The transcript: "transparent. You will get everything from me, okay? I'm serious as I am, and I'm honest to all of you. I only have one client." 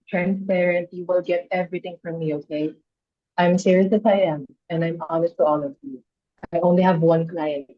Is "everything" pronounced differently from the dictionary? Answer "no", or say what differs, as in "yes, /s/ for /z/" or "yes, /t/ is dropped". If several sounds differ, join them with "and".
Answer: yes, /t/ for /θ/